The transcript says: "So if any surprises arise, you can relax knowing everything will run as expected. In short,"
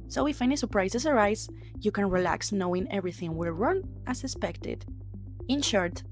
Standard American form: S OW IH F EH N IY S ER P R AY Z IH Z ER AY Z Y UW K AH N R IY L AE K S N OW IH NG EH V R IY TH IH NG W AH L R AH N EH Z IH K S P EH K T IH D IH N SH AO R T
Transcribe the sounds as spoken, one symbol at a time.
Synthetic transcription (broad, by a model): S OW IH F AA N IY S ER P R AY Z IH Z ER AY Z Y UW K AH N R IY L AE K S N OW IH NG EH V R IY TH IH NG W AH L R AH N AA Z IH S P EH K T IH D IH N SH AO R T